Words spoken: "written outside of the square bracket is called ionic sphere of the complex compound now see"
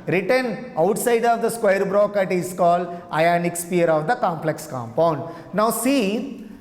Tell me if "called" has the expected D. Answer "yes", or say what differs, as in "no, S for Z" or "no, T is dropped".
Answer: yes